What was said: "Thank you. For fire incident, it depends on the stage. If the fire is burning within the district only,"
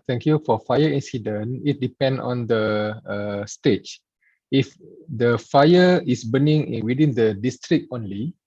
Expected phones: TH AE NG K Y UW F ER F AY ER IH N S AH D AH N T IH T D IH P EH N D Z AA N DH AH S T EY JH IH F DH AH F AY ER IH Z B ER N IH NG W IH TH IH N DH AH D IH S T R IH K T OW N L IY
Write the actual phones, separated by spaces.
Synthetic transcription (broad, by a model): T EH NG K Y UW F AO F AY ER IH N S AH D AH N IH T D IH P EH N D AA N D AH S T EY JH IH F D AH F AY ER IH S B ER N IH NG W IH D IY N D AH D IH S T R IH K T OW N L IY